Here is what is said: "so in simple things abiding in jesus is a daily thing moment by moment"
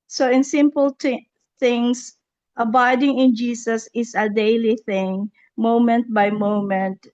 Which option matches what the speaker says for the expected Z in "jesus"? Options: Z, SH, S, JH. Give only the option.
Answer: S